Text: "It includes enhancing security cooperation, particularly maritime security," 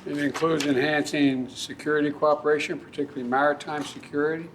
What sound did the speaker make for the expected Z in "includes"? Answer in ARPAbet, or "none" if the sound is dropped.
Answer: Z